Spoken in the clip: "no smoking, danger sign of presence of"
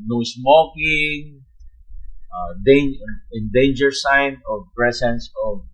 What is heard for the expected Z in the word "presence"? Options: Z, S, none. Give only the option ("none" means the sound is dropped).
S